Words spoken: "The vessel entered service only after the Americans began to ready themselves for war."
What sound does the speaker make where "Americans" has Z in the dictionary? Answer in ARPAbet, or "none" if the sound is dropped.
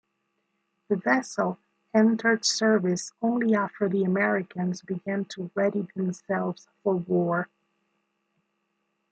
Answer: Z